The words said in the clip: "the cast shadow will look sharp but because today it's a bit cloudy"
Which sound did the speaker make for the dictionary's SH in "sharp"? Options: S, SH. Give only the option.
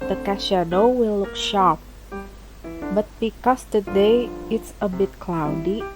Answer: SH